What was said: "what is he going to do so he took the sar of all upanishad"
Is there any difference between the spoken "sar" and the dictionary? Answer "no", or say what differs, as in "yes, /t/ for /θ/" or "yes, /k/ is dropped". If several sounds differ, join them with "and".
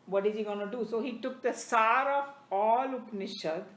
no